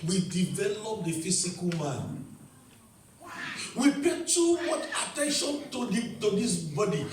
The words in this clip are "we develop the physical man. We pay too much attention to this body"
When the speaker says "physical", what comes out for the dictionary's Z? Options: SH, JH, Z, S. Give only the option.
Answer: S